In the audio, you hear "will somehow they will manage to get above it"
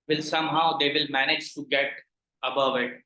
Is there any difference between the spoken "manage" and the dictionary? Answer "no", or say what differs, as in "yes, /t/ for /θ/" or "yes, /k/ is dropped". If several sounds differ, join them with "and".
no